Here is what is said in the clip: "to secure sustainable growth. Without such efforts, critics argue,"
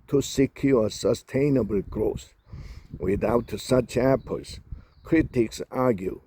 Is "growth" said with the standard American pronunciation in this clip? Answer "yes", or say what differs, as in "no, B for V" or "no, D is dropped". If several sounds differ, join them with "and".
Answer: no, S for TH